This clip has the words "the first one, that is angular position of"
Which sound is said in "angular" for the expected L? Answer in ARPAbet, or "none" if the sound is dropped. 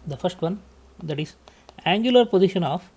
L